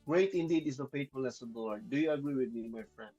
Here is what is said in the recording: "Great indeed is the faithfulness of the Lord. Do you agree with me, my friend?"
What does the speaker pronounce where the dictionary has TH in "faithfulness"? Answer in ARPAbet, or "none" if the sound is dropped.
T